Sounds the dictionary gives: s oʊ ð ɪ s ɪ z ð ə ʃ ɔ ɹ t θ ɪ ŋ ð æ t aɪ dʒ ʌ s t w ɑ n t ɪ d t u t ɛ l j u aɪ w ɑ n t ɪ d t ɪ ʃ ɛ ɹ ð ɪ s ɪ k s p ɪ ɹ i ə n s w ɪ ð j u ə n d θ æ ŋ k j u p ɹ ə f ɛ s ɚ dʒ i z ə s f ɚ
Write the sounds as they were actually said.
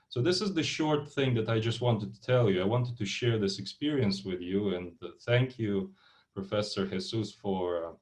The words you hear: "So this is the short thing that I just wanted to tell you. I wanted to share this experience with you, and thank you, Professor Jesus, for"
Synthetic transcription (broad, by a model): s oʊ ð ɪ s ɪ z ð ə ʃ ɔ ɹ t θ ɪ ŋ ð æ t aɪ dʒ ʌ s t w ɑ n t ɪ d t u t ɛ l j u aɪ w ɑ n t ɪ d t ɪ ʃ ɛ ɹ ð ɪ s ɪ k s p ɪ ɹ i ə n s w ɪ ð j u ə n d θ æ ŋ k j u p ɹ ə f ɛ s ɚ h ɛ s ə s f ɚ